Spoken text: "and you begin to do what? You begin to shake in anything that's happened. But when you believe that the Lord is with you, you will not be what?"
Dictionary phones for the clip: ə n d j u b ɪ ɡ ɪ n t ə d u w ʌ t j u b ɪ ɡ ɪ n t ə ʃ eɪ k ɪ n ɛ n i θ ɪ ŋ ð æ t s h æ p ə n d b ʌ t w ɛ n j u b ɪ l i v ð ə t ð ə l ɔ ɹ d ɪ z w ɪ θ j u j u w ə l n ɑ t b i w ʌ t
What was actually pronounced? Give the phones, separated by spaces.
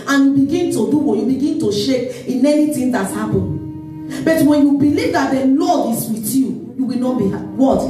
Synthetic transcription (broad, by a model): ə n j u b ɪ ɡ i n t ə d u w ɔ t j u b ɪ ɡ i n t ə ʃ eɪ k ɪ n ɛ n i t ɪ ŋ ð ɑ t h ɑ p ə n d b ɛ t w ɛ n j u b ɪ l i v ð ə t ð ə l ɔ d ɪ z w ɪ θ j u j u w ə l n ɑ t b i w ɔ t